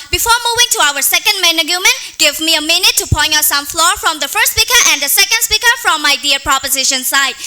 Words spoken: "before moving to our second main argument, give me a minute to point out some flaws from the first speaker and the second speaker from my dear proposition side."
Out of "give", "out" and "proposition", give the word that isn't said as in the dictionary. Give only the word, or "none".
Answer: none